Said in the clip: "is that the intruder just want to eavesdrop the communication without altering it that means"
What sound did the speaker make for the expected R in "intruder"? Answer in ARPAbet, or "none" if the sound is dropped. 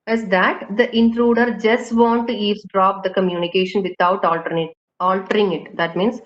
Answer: R